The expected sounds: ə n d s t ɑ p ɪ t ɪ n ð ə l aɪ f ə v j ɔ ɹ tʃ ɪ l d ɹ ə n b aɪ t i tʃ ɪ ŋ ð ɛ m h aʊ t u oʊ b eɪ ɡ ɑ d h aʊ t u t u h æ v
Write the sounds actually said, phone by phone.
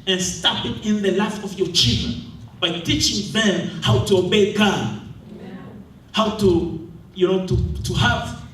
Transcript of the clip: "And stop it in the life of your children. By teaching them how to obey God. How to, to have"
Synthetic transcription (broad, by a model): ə n s t ɑ p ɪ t ɪ n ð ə l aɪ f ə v j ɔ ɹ tʃ ɪ l d ɹ ə n b aɪ t i tʃ ɪ ŋ ð ɛ m h aʊ t u oʊ b eɪ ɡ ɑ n h aʊ t u t u h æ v